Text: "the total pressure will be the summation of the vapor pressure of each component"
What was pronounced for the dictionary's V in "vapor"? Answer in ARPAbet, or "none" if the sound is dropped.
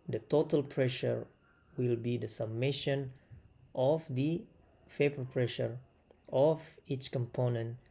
F